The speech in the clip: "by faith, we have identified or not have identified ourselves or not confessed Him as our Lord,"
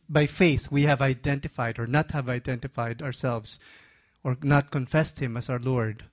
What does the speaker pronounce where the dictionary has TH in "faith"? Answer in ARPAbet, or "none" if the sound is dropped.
TH